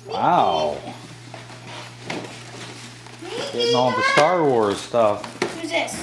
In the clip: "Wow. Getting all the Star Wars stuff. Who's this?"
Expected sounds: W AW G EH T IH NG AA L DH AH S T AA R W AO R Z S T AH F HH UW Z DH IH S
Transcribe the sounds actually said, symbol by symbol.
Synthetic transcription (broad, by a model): W AW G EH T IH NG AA N DH AH S T AA R W AO R Z S T AH F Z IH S